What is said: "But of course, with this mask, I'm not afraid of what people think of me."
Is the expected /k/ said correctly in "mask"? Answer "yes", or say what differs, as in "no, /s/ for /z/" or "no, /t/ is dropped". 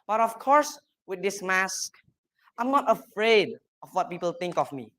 yes